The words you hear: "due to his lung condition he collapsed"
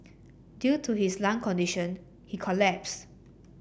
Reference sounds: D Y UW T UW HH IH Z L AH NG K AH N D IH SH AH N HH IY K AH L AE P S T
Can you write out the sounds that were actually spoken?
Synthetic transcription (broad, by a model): D Y UW T UW HH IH S L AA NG K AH N D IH SH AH N HH IY K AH L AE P S